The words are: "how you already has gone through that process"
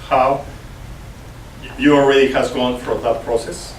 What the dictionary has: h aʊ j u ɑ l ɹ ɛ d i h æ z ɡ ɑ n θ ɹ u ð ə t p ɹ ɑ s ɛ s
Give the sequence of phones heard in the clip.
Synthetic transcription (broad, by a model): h aʊ j u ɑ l ɹ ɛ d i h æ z ɡ ɑ n f ɹ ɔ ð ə t p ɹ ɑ s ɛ s